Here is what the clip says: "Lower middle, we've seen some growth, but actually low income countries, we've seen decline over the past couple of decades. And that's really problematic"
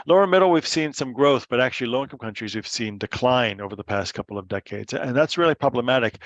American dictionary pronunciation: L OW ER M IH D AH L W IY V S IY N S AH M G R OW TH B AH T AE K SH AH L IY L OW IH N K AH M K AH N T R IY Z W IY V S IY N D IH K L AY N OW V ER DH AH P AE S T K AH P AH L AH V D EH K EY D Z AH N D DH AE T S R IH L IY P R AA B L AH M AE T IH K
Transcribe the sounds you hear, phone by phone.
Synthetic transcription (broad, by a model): L OW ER M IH D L W IY V S IY N S AH M G R OW TH B AH T AE K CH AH L IY L OW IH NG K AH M K AH N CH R IY Z W IY V S IY N D IH K L AY N OW V ER DH AH P AE S T K AH P L AH V D EH K EY D Z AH N DH AE T S R IH L IY P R AA B L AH M AE T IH K